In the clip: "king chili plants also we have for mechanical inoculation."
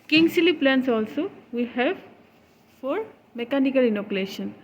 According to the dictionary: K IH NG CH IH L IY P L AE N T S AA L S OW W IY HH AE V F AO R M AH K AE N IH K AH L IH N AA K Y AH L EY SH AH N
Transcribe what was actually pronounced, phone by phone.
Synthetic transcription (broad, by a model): K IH NG S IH L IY P L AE N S AA L S OW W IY HH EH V F AO R M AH K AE N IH K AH L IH N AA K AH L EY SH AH N